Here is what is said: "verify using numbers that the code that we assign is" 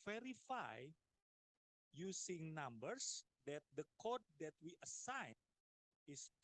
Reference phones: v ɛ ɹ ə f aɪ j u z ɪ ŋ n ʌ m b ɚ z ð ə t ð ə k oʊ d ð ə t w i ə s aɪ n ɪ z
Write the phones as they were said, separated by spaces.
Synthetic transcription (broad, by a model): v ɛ ɹ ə f aɪ j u s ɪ ŋ n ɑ m b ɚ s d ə t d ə k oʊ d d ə t w i ə s aɪ n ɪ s